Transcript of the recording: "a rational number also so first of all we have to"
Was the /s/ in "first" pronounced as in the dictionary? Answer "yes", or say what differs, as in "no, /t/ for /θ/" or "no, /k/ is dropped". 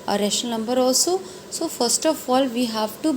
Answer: yes